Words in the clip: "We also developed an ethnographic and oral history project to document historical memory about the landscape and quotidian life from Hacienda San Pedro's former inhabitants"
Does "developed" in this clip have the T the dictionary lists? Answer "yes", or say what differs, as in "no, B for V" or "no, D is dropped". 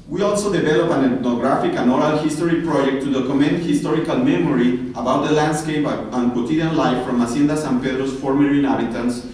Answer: no, T is dropped